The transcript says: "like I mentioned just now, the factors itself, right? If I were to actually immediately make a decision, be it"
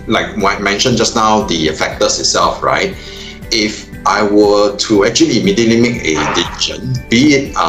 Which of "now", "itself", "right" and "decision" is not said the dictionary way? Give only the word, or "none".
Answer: decision